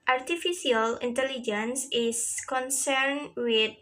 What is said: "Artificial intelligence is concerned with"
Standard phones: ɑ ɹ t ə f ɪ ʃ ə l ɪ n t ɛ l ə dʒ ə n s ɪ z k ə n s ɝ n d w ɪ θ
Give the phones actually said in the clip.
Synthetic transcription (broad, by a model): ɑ ɹ t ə f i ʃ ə l ɪ n t ɛ l ə dʒ ə n s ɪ s k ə n s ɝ n w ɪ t